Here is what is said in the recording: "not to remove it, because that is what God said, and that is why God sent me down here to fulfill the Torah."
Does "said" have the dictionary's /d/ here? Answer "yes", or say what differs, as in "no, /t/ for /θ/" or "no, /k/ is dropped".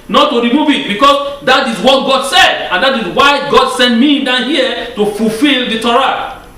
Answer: yes